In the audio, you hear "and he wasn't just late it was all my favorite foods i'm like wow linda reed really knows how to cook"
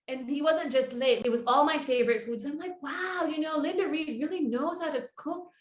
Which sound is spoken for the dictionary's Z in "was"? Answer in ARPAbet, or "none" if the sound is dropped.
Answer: Z